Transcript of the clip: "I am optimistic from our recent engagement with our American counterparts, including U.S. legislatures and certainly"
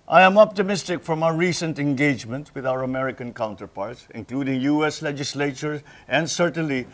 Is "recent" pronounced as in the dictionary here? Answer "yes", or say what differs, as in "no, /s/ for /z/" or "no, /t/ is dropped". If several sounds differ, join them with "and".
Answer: yes